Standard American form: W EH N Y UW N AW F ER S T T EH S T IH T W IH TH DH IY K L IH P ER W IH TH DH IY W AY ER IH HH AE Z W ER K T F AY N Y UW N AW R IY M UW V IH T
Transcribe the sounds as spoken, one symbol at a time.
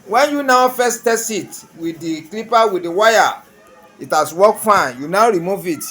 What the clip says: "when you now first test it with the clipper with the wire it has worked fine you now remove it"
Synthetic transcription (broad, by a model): W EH N Y UW N AW F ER S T T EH S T IH T W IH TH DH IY K L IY P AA W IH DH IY W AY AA IH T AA S W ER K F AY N Y UW N AW R IY M UW V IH T